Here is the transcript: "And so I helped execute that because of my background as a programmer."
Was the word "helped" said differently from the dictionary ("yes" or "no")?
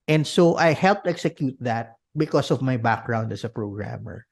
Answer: no